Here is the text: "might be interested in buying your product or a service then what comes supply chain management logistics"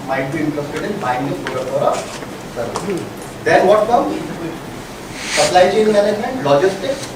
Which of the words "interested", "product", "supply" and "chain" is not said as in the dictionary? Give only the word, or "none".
product